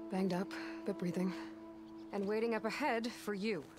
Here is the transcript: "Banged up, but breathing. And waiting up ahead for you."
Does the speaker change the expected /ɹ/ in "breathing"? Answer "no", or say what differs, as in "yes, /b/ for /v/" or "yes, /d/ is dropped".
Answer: no